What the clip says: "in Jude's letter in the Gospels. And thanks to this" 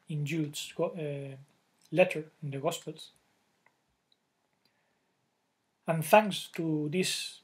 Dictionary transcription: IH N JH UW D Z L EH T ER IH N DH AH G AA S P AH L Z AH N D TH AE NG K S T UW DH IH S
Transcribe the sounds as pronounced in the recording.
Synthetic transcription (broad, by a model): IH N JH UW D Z L EH T ER IH N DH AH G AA S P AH L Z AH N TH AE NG S T UW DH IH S